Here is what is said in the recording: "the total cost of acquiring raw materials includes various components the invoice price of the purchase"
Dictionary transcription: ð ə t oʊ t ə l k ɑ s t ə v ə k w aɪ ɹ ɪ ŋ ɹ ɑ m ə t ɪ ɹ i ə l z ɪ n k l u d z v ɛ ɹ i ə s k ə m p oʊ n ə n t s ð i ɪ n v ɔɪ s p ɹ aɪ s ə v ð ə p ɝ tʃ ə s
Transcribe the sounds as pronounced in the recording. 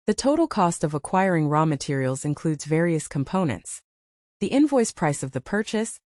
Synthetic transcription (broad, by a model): ð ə t oʊ t l k ɑ s t ə v ə k w aɪ ɹ ɪ ŋ ɹ ɑ m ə t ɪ ɹ i l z ɪ n k l u d z v ɛ ɹ i ə s k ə m p oʊ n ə n t s ð i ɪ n v ɔɪ s p ɹ aɪ s ə v ð ə p ɝ tʃ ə s